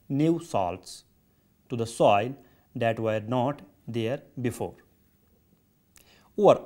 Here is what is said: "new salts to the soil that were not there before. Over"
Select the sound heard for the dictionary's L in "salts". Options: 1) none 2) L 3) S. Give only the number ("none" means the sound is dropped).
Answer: 2